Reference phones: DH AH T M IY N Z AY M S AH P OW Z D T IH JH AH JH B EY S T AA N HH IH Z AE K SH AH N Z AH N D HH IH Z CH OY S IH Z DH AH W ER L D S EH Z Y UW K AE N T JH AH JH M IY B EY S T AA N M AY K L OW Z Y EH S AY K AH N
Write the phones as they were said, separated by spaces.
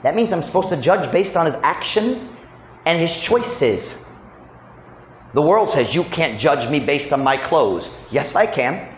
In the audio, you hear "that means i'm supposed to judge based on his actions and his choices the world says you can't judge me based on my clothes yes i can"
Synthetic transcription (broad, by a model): DH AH T M IY N Z AY M S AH P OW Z T IH JH AH JH B EY S T N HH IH Z AE K SH AH N Z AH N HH IH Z CH OY S IH Z DH AH W ER L D S EH Z Y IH K AE N JH AH JH M IY B EY S T N M AY K L OW Z Y EH S AY K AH N